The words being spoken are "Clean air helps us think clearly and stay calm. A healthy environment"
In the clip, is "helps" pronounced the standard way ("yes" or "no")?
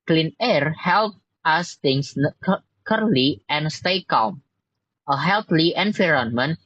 no